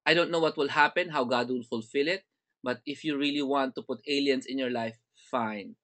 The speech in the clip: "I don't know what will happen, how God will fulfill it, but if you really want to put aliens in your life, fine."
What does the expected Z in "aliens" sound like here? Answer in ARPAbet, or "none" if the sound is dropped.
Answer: S